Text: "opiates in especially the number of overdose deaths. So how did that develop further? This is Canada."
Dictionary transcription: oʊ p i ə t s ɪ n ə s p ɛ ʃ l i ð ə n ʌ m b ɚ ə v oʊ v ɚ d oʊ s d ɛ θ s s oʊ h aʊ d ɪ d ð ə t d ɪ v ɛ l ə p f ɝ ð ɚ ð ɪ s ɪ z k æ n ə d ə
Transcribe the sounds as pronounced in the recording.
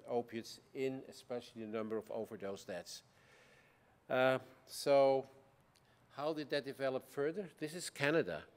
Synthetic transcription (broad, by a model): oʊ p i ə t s ɪ n ə s p ɛ ʃ l i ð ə n ʌ m b ɚ ə v oʊ v ɚ d oʊ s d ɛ t s s oʊ h aʊ d ɪ d ð ə t d ɪ v ɛ l ə p f ɝ ð ɚ ð ɪ s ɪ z k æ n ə d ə